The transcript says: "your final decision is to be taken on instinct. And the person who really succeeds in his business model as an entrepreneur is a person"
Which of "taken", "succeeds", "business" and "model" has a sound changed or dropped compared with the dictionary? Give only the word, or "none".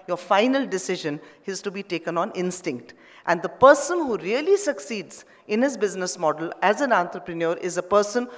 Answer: none